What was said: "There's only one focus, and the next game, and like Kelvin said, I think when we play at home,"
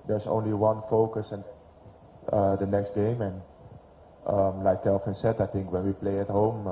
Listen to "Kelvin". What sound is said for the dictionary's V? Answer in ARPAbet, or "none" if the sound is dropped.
F